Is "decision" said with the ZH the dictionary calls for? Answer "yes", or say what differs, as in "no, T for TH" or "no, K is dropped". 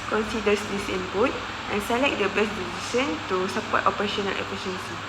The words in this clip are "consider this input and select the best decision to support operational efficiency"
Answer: no, S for ZH